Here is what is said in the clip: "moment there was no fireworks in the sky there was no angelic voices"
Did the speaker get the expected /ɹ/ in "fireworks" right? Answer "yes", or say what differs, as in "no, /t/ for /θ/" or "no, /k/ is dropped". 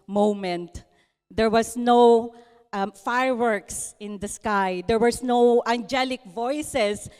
yes